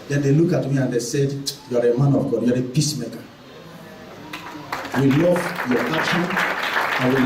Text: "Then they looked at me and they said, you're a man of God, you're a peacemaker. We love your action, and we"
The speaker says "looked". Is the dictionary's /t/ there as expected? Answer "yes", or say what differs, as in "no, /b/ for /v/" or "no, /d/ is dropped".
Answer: no, /t/ is dropped